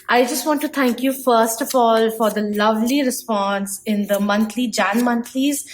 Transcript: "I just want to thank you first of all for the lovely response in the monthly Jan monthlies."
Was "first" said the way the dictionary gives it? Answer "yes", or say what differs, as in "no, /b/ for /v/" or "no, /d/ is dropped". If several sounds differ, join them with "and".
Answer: yes